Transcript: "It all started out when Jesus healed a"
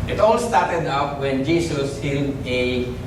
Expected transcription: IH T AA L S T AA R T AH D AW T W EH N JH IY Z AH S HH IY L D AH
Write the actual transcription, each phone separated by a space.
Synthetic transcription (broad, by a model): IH T AA L S T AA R T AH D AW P W EH N JH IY S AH S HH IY N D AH